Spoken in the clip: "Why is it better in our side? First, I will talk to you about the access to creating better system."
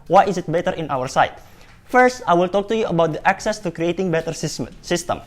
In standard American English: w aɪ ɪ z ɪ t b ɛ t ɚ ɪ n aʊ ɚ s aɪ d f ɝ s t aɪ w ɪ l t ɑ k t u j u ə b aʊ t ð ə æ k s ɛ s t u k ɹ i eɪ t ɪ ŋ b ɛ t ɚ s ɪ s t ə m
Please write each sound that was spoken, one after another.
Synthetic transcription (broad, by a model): w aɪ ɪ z ɪ t b ɛ t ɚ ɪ n aʊ ɚ s aɪ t f ɝ s t aɪ w ɪ l t ɑ k t u j u ə b aʊ t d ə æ k s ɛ s t u k ɹ i eɪ t ɪ ŋ b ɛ t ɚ s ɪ s t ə m